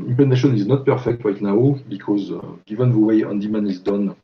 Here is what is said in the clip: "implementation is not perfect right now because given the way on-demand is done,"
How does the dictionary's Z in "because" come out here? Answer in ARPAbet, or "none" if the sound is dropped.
Z